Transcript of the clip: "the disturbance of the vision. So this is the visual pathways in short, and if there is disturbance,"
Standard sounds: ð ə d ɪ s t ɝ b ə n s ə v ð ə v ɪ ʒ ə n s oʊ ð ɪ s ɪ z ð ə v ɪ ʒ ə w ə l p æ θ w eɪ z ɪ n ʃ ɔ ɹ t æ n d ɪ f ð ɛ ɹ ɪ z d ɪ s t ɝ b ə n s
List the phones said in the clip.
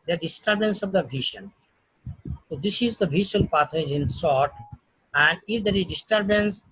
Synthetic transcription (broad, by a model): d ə d ɪ s t ɝ b ə n s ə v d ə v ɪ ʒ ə n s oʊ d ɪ s ɪ z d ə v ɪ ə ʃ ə l p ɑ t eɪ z ɪ n s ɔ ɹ t æ n d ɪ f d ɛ ɹ ɪ z d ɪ s t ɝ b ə n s